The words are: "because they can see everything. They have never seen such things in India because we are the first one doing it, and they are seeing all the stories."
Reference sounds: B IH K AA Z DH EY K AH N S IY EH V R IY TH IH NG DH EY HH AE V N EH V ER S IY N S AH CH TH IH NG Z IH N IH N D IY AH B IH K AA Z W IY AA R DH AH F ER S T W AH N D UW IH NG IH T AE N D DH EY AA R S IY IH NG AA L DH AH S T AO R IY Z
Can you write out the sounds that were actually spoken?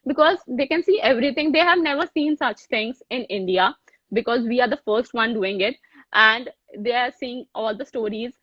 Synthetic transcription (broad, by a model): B IH K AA Z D EY K AH N S IY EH V R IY T IH NG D EY HH AE V N EH V ER S IY N S AH CH T IH NG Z IH N IH N D IY AH B IH K AA Z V IY AA R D AH F ER S T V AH N D UW IH NG IH T AE N D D EY AA R S IY IH NG AA L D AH S T AO R IY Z